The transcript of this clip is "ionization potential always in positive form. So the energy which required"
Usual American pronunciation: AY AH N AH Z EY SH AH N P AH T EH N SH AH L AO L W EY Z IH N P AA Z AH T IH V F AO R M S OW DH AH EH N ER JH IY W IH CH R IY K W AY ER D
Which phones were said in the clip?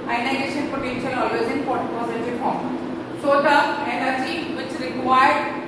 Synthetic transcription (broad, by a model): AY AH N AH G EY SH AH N P AH T EH N SH AH L AO L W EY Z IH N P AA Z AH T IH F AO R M S OW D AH EH N ER JH IY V IH CH R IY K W AY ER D